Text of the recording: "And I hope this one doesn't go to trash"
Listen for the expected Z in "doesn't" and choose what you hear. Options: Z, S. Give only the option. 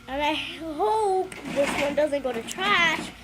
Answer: Z